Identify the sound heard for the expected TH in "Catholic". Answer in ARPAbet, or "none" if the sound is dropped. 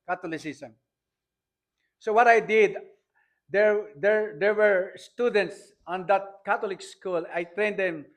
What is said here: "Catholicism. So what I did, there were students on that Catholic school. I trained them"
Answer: T